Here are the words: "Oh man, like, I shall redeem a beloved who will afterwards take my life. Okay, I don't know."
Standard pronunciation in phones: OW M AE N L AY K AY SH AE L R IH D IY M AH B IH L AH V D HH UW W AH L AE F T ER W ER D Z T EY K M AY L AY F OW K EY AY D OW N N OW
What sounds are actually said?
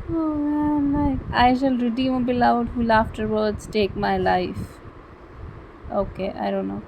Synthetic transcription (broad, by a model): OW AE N L AY K AY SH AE L R IH D IY M AH B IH L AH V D HH UW L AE F T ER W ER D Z T EY K M AY L AY F OW K EY AY D OW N N OW